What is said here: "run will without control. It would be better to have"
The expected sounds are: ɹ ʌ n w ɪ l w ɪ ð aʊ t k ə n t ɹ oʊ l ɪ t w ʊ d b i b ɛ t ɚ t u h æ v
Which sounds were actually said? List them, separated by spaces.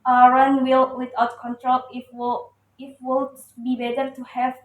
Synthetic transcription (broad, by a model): ɹ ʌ n w ɪ l w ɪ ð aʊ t k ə n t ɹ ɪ w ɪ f w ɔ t b i b ɛ t ɚ t u h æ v